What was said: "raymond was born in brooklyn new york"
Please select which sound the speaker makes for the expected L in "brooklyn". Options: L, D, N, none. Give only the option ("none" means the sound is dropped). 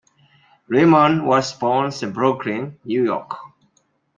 none